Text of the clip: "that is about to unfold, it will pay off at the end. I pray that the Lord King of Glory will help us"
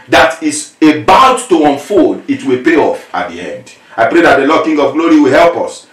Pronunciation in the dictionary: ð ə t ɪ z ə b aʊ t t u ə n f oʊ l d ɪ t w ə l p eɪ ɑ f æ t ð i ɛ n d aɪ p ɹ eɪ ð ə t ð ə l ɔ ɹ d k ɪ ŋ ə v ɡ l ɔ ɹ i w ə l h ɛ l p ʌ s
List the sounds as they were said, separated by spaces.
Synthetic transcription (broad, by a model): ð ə t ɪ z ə b aʊ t t u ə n f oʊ d ɪ t w ə l p eɪ ɑ f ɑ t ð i ɛ n d aɪ p ɹ eɪ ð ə t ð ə l ɔ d k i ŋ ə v ɡ l ɔ ɹ i w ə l h ɛ l p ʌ s